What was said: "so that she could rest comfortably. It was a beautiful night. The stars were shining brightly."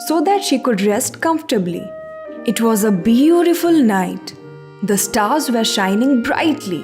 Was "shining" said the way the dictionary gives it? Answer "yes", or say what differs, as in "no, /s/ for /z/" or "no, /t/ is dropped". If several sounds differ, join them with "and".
yes